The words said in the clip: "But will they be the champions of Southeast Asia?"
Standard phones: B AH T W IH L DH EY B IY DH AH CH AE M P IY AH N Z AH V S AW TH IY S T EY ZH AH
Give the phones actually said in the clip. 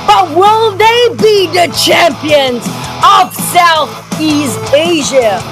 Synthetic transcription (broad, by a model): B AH T W IH L DH EY B IY DH AH CH AE M P IY AH N Z AH V S AW TH IY S T EY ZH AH